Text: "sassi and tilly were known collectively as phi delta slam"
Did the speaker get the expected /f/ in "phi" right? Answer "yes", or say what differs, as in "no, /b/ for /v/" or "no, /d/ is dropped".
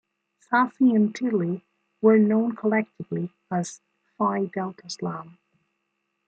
yes